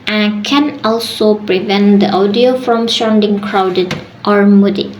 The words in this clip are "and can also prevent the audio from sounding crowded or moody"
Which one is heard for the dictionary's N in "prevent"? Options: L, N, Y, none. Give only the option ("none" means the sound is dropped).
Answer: N